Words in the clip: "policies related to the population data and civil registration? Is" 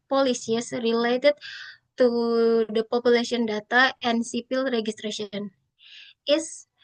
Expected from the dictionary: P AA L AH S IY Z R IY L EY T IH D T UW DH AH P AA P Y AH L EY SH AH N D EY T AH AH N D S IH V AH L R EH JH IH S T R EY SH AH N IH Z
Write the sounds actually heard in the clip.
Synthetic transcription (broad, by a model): P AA L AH S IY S R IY L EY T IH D T UW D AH P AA P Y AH L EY S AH N D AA T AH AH N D S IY P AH L R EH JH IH S T R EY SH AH N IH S